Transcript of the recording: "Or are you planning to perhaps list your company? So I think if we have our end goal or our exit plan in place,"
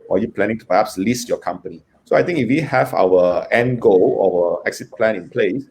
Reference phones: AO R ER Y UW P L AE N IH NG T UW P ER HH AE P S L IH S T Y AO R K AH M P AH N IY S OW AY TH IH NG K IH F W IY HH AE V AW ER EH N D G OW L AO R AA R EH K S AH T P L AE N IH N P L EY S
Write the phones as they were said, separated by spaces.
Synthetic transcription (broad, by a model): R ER Y UW P L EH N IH NG T UW P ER HH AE P S L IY S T Y AO K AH M P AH N IY S OW AY T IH NG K IH F W IY HH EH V AW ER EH N G OW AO W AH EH K S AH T P L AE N IH N P L EY S